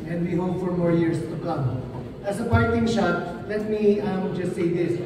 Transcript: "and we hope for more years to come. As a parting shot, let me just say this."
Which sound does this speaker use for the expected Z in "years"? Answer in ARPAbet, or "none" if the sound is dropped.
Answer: S